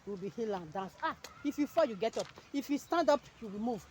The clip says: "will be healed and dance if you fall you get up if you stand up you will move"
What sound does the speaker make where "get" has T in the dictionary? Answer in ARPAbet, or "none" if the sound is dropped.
T